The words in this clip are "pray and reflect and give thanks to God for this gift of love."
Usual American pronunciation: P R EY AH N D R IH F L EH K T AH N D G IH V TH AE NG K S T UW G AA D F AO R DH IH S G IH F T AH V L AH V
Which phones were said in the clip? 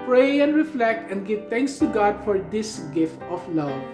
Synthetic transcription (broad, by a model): P R EY AH N D R IH F L EH K T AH N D G IH V T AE NG K S T UW G AA D F AO R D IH S G IH F T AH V L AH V